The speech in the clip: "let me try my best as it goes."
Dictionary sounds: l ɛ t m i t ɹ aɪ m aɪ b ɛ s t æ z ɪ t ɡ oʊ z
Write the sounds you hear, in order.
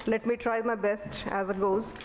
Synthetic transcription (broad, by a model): l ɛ t m i t ɹ aɪ m aɪ b ɛ s t æ z ɪ t ɡ oʊ z